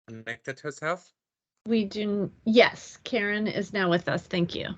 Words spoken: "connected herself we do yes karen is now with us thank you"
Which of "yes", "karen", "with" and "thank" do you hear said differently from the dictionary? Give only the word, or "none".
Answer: none